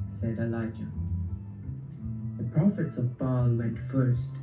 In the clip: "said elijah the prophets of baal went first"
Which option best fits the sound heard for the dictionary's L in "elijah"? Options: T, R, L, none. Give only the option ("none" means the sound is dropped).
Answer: L